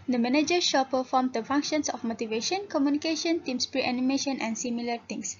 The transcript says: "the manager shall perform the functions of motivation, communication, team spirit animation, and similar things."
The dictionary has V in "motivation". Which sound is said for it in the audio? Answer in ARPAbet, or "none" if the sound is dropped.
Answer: V